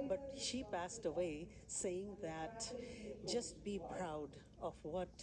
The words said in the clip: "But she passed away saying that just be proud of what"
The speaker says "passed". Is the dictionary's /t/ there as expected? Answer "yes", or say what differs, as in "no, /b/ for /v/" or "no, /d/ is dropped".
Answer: yes